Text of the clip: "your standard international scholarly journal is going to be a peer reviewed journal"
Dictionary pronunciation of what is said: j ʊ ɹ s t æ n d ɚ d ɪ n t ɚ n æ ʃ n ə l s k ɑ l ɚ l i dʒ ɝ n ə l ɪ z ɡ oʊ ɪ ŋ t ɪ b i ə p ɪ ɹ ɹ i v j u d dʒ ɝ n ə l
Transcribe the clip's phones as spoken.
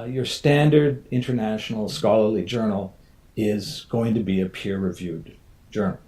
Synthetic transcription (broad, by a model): j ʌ ɹ s t æ n d ɚ d ɪ n t ɚ n æ ʃ n l s k ɑ l ɚ l i dʒ ɝ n l ɪ z ɡ oʊ ɪ ŋ t ɪ b i ə p ɪ ɹ ɹ i v j u d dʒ ɝ n l